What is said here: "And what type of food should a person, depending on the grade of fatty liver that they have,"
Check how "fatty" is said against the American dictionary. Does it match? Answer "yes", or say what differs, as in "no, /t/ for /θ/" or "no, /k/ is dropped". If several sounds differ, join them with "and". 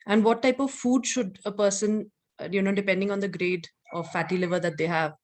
yes